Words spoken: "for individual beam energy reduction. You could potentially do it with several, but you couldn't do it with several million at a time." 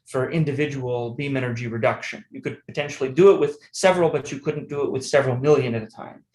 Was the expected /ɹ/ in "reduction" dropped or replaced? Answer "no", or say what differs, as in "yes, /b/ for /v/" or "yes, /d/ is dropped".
no